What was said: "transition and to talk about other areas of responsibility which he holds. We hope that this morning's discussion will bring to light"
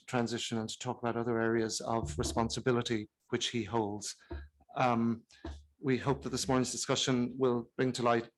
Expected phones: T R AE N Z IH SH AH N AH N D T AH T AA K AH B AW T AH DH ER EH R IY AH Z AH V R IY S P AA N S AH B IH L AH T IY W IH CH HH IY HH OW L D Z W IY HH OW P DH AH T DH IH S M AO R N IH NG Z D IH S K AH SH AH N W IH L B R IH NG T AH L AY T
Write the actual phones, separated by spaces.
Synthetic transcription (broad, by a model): T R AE N Z IH SH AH N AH N T AH T AA K AH B AW T AH DH ER EH R IY AH Z AH V R IY S P AA N S AH B IH L AH T IY W IH CH HH IY HH OW L D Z W IY HH OW P DH AH T DH IH S M AO R N IH NG Z D IH S K AH SH AH N W IH L B R IH NG T AH L AY T